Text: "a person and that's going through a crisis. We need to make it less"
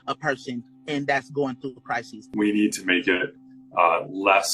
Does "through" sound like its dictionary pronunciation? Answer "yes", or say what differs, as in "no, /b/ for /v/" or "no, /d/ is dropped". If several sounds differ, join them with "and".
yes